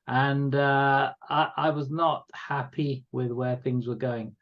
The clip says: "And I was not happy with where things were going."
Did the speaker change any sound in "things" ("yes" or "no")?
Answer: no